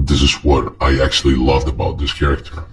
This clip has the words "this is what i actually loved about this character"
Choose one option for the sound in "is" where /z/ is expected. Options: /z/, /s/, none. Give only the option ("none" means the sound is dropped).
/z/